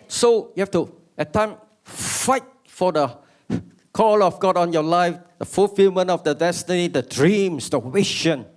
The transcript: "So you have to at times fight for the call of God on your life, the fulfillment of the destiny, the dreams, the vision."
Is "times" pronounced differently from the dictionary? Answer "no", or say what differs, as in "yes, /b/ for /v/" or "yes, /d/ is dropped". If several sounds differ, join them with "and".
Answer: yes, /z/ is dropped